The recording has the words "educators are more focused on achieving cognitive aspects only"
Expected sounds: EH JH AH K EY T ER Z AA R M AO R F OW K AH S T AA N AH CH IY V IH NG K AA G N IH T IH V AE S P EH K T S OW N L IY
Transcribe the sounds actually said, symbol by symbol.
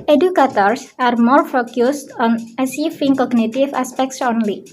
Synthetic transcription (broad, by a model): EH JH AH K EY T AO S AA R M AO R F OW K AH S T AA N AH S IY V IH NG K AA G N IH T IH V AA S P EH K T S OW N L IY